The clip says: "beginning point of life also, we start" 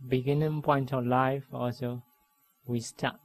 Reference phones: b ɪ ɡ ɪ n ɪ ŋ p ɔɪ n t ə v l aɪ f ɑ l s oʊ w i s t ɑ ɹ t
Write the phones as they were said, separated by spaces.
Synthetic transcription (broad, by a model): b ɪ ɡ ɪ n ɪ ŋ p ɔɪ n t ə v l aɪ f ɑ l s oʊ w i s t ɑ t